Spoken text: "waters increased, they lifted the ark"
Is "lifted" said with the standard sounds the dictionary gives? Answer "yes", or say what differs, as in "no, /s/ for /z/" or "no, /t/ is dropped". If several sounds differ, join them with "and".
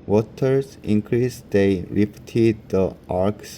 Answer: no, /p/ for /f/